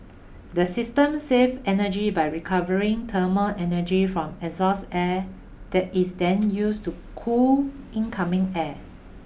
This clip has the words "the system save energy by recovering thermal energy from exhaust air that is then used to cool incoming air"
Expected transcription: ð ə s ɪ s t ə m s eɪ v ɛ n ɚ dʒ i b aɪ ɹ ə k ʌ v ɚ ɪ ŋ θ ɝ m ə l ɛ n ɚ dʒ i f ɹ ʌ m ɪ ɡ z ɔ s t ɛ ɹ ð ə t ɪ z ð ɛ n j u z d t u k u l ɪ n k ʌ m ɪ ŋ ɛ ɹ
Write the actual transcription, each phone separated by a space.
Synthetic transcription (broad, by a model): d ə s ɪ s t ə m s eɪ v ɛ n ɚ dʒ i b aɪ ɹ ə k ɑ v ɚ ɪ ŋ t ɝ m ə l ɛ n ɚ dʒ i f ɹ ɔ m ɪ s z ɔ s ɛ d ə t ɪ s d ɛ n j u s t u k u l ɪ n k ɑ m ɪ ŋ ɛ